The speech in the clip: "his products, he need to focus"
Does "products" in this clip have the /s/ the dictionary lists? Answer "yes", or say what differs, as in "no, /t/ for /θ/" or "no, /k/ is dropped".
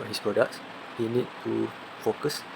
yes